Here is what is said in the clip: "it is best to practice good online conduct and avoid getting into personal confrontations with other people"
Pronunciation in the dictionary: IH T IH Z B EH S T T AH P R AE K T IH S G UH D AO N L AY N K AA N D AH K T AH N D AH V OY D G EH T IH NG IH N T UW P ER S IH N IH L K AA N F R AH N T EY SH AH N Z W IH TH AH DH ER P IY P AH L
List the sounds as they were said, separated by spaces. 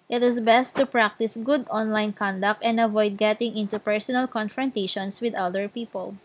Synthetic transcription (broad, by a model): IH T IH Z B EH S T T AH P R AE K T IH S G UH D AO N L AY N K AA N D AH K T AH N D AH V OY D G EH T IH NG IH N T UW P ER S IH N IH L K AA N F R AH N T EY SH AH N S W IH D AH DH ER P IY P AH L